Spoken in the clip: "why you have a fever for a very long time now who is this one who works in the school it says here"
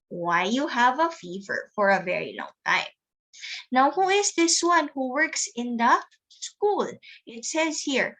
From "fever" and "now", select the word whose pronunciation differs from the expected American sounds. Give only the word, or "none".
none